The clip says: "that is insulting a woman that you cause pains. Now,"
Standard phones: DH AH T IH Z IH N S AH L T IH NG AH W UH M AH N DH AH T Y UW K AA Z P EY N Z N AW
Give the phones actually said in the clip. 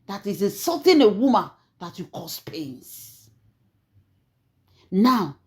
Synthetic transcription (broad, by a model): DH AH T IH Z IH S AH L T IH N AH W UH M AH N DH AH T Y UW K AA S P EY N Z N AW